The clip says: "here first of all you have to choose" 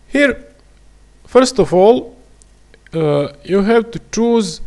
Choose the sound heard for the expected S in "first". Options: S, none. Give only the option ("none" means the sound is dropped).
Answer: S